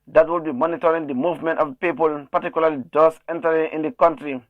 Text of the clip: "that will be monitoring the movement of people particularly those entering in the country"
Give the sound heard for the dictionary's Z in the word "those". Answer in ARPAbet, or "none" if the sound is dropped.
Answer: S